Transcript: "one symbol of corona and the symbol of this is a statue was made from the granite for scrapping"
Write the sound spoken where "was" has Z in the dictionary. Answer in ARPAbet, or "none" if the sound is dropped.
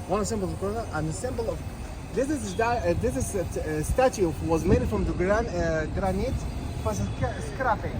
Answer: Z